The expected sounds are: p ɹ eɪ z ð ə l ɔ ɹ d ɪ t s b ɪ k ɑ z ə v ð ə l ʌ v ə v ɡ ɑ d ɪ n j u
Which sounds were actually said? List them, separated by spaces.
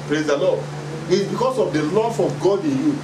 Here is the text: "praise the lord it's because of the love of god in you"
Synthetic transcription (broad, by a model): p ɹ eɪ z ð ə l ɔ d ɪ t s b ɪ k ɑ s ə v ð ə l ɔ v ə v ɡ ɑ d ɪ n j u